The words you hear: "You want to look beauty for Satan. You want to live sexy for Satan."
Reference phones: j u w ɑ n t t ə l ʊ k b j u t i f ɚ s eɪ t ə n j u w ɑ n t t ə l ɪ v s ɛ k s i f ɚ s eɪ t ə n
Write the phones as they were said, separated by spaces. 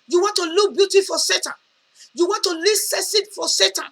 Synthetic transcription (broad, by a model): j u w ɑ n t t ə l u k b j u t i f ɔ s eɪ t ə n j u w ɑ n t t ə l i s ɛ s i f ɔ s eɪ t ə n